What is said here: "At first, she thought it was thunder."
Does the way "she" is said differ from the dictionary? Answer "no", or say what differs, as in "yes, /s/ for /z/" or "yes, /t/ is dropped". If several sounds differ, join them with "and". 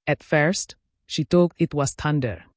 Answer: no